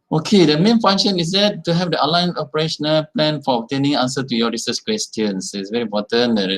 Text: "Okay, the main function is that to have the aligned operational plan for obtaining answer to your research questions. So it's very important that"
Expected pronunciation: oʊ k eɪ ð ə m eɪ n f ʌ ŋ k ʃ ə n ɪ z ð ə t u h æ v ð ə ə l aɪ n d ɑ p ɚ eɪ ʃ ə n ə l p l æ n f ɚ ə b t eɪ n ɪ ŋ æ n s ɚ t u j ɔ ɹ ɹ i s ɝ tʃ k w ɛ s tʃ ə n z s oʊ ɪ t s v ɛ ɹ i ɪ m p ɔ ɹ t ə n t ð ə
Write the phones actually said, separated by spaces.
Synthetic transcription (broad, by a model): oʊ k eɪ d ə m eɪ n f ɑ ŋ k ʃ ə n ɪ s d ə t u h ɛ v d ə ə l aɪ n ɑ p ɚ eɪ ʃ ə n ə l p l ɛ n f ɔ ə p t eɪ n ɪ ŋ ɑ n s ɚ t u j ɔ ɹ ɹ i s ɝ s k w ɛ s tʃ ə n s ɪ t s v ɛ ɹ i m p ɔ t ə n